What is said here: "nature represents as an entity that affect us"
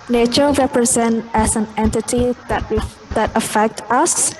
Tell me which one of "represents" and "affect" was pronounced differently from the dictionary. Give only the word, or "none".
represents